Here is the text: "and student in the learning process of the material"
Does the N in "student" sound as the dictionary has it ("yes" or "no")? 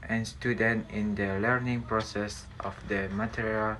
yes